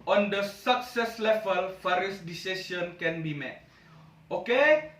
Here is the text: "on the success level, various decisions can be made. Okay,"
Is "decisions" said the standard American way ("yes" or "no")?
no